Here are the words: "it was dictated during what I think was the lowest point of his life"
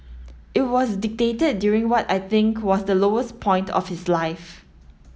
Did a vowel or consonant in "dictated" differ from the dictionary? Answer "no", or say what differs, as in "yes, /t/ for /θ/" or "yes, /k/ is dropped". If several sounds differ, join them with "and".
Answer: no